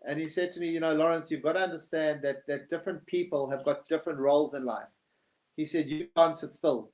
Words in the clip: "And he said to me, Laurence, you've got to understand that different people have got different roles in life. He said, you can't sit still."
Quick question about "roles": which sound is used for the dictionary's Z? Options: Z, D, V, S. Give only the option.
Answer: Z